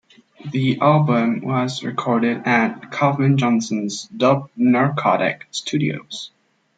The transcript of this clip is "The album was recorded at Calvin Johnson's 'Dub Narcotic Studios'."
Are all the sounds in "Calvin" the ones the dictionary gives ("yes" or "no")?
no